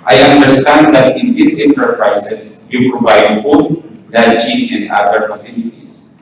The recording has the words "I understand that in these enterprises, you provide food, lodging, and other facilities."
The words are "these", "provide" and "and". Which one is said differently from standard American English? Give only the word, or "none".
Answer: these